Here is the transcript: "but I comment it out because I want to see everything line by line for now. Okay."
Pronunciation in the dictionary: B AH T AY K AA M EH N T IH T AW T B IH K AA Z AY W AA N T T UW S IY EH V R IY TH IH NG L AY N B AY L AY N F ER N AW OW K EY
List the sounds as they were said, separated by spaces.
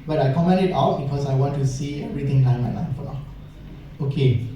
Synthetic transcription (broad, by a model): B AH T AY K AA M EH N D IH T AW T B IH K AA S AY W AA N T T UW S IY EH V R IY T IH NG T AY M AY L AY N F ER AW OW K EY